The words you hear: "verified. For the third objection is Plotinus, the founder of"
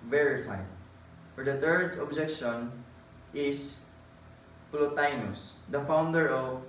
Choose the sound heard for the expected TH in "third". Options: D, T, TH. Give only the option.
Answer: T